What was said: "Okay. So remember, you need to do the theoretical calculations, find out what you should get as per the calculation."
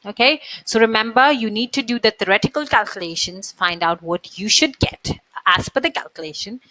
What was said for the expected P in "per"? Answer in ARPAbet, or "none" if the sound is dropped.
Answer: F